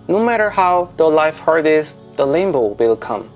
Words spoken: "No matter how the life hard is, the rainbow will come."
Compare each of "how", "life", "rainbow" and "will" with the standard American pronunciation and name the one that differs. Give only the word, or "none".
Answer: rainbow